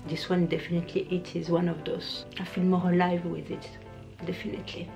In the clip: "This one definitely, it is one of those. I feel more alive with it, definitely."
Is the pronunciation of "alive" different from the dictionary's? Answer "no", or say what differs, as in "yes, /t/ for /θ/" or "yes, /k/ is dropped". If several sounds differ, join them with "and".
no